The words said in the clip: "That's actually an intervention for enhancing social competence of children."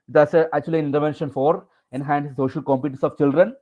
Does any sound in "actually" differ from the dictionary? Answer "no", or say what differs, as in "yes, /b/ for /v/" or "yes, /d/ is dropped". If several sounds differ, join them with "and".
yes, /l/ is dropped